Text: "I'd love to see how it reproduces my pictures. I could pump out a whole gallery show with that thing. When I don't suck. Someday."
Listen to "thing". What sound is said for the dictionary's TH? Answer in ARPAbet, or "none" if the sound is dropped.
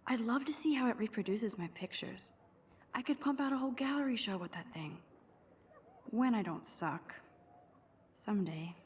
TH